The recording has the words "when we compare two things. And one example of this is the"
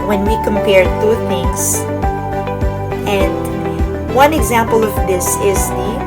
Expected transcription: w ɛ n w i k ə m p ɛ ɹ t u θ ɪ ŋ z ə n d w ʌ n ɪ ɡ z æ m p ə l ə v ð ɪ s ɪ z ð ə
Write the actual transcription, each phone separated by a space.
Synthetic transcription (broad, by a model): w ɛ n w i k ə m p ɛ ɹ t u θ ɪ ŋ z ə n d w ʌ n ɪ ɡ z æ m p ə l ə v ð ɪ s ɪ z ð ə